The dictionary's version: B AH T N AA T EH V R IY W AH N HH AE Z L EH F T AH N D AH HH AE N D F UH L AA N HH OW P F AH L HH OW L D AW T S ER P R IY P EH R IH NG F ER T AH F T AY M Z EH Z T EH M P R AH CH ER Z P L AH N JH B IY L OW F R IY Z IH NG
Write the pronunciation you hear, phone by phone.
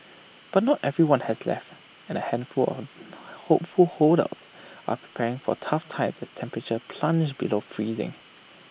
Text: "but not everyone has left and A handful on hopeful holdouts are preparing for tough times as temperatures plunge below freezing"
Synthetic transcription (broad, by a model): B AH T N AA T EH V R IY W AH N HH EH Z L EH F T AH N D AH HH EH N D F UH L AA HH OW P F AH L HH OW D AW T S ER P R IY P EH R IH NG F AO T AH F T AY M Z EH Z T EH M P R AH CH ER P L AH N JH B IY L OW F R IY Z IH NG